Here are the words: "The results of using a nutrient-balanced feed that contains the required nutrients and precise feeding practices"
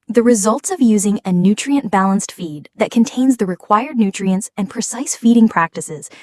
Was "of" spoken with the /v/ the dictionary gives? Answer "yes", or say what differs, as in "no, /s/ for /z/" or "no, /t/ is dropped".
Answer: yes